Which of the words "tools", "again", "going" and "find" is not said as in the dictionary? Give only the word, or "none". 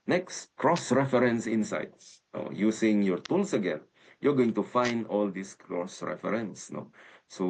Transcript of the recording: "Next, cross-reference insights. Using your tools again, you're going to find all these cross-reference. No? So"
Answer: tools